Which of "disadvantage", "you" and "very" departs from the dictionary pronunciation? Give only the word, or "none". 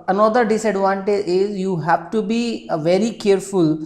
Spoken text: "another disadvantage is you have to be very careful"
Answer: disadvantage